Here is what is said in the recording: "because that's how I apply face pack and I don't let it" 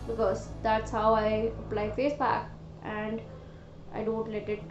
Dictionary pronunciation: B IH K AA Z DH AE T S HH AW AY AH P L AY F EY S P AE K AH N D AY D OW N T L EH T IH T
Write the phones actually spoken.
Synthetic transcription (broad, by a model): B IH K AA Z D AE T S HH AW AY AH P L AY F EY S B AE K AH N D AY D OW N T L EH T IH T